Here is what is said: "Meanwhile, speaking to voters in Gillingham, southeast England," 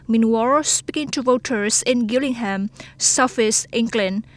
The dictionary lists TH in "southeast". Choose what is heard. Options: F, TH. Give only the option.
F